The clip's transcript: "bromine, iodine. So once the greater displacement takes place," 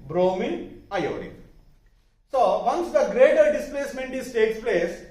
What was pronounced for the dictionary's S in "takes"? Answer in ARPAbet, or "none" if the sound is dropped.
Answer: S